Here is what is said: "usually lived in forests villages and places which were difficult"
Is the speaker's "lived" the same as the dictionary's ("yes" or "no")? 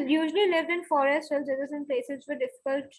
yes